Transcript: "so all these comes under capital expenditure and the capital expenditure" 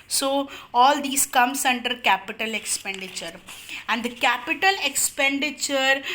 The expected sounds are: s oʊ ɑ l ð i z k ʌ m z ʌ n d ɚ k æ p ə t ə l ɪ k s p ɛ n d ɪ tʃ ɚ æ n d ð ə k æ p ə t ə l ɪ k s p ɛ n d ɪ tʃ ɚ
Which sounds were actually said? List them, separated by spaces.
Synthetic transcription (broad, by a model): s oʊ ɑ l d i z k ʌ m s ʌ n d ɚ k æ p ə t ə l ɪ k s p ɛ n d ɪ tʃ ɚ æ n d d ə k æ p ə t ə l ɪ k s p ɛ n d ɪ tʃ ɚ